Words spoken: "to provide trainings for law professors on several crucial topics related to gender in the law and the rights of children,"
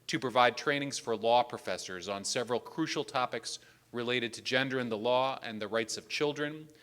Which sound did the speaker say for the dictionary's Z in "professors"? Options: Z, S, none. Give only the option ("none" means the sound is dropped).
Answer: Z